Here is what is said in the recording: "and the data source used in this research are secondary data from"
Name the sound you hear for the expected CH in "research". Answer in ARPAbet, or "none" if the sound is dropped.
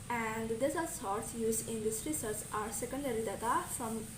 S